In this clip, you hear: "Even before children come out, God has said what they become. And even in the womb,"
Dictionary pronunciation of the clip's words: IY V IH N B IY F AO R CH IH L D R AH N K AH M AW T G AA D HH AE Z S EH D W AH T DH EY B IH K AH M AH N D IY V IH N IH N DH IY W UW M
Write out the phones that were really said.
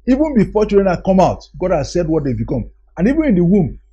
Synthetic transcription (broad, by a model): IY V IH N B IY F AO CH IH D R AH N K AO M AW T G AA D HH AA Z S EH D W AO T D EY B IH K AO M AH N IY V IH N IH N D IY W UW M